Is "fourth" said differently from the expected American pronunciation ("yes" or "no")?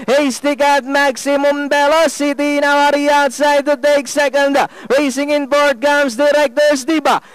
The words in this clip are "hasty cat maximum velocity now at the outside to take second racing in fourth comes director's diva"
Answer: yes